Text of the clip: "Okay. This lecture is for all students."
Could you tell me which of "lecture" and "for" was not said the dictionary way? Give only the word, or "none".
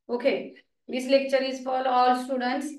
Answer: for